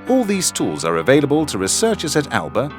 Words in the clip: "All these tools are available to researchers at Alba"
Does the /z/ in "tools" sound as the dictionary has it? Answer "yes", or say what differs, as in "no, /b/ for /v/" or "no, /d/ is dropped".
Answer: yes